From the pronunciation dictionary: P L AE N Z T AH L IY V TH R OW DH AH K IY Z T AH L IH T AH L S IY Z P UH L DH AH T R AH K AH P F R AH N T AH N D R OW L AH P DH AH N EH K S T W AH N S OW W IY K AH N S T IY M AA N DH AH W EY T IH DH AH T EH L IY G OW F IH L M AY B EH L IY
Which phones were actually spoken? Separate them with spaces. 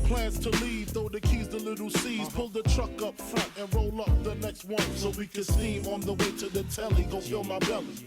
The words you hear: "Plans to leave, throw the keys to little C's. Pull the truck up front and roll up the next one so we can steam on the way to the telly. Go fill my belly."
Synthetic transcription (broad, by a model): P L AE N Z T AH L IY V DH OW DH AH K IY Z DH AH L IH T L S IY Z P UH L DH AH T R AH K AH P F R AH N T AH N R OW L AH P DH AH N EH K S T W AH N S OW W IY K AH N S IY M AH N DH AH W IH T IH DH AH T EH L IY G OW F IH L M AY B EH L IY